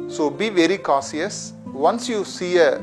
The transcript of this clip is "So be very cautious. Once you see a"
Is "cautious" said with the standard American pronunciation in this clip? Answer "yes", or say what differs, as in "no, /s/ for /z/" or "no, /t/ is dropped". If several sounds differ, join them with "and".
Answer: no, /s/ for /ʃ/